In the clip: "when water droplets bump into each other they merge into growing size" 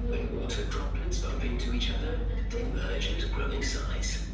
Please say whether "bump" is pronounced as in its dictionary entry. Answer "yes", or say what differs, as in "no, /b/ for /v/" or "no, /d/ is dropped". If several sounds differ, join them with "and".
yes